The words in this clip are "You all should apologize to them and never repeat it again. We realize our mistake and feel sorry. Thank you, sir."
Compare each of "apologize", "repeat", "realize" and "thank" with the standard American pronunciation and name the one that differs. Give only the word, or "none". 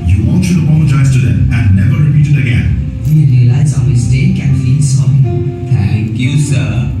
thank